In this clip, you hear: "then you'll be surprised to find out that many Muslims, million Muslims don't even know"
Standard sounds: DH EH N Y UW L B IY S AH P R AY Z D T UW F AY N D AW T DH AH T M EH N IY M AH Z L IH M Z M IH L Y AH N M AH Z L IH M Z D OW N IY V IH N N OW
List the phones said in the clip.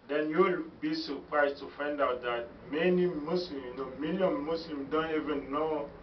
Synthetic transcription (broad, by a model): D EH N Y UW L B IY S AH P R AY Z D T UW F AY N D AW T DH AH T M EH N IY M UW S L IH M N M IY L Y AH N M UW S L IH M D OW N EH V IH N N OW